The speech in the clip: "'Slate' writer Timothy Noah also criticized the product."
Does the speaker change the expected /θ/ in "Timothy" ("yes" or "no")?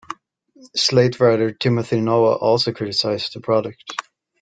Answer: no